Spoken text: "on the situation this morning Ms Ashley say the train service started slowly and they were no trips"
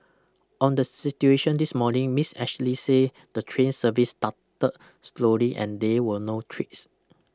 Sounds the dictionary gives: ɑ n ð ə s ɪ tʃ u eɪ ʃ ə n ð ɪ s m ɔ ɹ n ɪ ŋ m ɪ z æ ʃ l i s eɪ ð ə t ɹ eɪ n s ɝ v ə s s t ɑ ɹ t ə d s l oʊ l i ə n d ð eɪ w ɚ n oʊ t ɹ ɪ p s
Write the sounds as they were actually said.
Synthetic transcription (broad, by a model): ɑ n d ə s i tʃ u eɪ ʃ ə n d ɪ s m ɔ n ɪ ŋ m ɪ s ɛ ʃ l i s eɪ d ə t ɹ eɪ n s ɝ v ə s s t ɑ t ə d s l oʊ l i ə n d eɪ w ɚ n oʊ t ɹ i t s